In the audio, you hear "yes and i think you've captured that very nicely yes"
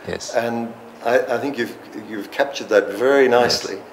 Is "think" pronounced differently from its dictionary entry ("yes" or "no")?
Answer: no